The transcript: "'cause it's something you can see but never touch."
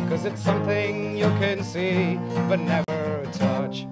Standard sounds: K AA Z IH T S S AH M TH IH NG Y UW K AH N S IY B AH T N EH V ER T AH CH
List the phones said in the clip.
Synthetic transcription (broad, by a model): K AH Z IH T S S AH M TH IH NG Y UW K AH N S IY B AH T N EH V ER T AH CH